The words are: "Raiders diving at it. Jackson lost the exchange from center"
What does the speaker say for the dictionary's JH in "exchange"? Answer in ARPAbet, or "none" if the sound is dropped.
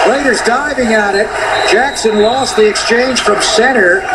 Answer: ZH